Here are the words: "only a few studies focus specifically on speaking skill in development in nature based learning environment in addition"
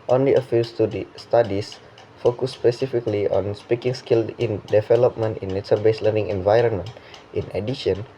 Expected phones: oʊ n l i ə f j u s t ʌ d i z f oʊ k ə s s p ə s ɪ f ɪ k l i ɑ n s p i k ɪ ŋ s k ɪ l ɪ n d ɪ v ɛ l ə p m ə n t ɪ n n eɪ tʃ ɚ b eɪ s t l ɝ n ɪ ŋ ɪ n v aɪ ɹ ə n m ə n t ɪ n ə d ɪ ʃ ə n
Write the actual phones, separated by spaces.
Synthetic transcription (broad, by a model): oʊ n l i ə f j u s t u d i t f oʊ k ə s s p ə s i f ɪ k l i ɑ n s p i k ɪ ŋ s k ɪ l ɪ n d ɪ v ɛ l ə p m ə n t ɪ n n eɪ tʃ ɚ b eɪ s l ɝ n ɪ ŋ ɪ n v aɪ ɹ ə n m ə n t ɪ n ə d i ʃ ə n